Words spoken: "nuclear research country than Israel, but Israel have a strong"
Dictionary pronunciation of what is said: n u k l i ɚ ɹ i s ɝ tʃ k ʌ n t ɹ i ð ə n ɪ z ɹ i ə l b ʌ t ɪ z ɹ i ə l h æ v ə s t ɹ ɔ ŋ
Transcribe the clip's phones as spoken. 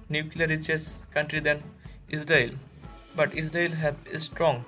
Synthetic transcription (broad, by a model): n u k l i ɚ ɹ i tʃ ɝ s k ʌ n t ɹ i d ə n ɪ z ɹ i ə l b ʌ t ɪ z ɹ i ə l h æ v ə s t ɹ ɔ ŋ